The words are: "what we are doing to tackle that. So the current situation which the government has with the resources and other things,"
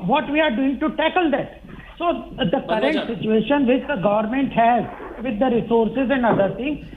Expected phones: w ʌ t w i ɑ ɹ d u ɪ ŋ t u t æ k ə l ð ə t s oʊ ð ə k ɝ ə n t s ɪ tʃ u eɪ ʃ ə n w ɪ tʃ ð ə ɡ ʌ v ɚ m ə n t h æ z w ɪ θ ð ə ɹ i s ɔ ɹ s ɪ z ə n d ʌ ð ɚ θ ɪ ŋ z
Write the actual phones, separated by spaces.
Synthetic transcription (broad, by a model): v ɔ t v i ɑ ɹ d u ɪ ŋ t u t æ k ə l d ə t s oʊ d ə k ɝ ə n t s ɪ tʃ u eɪ ʃ ə n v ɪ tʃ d ə ɡ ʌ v ɚ m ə n t h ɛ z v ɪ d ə ɹ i s ɔ ɹ s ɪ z ə n d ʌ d ɚ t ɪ ŋ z